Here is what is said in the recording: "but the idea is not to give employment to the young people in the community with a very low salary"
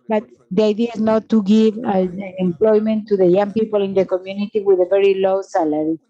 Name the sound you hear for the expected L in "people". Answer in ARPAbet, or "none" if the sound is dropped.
L